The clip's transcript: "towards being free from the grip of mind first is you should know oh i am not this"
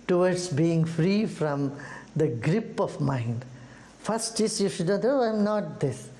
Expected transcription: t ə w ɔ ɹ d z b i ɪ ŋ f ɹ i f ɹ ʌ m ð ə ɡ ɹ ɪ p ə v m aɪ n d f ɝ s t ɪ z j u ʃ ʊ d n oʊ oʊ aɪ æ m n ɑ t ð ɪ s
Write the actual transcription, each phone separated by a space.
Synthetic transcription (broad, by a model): t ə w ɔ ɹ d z b i ɪ ŋ f ɹ i f ɹ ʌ m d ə ɡ ɹ ɪ p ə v m aɪ n d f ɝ s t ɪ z j u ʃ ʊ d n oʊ oʊ aɪ m n ɑ t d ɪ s